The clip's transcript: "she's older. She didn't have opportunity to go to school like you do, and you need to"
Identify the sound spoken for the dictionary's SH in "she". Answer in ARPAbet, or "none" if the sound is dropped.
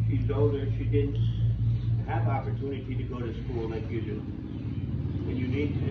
SH